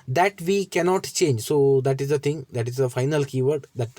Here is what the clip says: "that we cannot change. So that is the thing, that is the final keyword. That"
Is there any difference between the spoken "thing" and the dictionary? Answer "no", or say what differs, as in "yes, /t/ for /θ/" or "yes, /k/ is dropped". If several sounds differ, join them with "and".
yes, /t/ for /θ/